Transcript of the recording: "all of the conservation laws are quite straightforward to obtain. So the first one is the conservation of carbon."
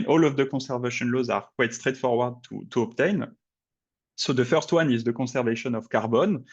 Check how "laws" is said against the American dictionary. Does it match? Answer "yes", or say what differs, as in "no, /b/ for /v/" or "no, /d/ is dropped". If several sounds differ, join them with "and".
yes